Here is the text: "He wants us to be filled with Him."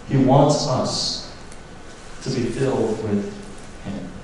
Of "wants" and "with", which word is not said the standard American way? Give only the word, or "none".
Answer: none